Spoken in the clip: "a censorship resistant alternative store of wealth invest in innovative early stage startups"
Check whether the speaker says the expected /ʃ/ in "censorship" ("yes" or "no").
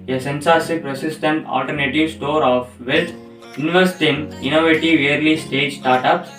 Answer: no